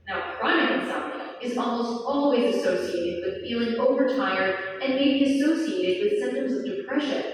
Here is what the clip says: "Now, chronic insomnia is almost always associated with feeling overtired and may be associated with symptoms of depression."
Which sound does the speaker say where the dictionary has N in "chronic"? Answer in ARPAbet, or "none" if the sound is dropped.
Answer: none